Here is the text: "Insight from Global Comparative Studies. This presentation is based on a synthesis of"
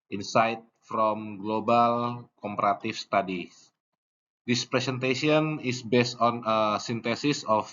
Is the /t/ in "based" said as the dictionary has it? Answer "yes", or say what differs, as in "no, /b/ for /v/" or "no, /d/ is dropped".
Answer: yes